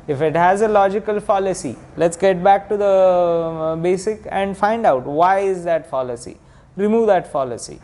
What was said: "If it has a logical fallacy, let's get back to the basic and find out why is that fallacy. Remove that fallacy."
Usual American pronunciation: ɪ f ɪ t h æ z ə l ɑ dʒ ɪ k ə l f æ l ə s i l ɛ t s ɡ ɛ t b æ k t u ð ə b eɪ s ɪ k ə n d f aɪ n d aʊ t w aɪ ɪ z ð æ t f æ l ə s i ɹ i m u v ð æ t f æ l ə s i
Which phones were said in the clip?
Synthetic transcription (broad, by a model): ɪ f ɪ t h æ z ə l ɑ dʒ ɪ k ə l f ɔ l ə s i l ɛ t s ɡ ɛ t b æ k t u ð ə b eɪ s ɪ k ə n d f aɪ n d aʊ t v aɪ ɪ z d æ t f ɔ l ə s i ɹ i m u v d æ t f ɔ l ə s i